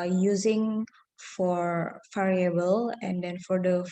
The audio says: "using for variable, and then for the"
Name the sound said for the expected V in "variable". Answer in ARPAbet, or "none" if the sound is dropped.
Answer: F